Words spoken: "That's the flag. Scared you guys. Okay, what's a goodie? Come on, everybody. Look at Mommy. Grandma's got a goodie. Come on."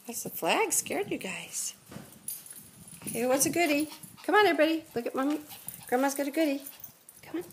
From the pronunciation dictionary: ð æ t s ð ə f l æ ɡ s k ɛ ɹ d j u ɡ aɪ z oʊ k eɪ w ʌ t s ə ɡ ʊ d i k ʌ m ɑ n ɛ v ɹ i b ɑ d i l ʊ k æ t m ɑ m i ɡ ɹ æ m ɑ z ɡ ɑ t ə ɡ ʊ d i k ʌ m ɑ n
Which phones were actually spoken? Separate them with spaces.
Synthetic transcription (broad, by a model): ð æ t s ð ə f l æ ɡ s k ɛ ɹ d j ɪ ɡ aɪ z oʊ k eɪ w ʌ t s ə ɡ ʊ d i k ʌ m ɑ n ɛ b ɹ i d i l ʊ k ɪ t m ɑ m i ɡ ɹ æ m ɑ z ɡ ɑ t ə ɡ ʊ d i k ʌ m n